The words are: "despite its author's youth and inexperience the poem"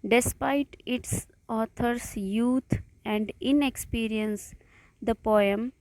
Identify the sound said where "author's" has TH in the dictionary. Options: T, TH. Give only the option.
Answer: T